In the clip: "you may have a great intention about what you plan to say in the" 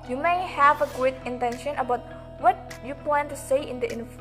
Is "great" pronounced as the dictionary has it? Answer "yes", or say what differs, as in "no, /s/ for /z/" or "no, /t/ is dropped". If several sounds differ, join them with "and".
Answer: no, /ɹ/ is dropped